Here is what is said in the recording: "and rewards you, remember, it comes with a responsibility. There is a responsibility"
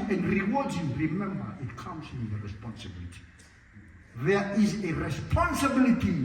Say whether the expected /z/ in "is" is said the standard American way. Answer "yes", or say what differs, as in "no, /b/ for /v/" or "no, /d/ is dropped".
yes